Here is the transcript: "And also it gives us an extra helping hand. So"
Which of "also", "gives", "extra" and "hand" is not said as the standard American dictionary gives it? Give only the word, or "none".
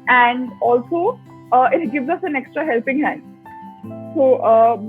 none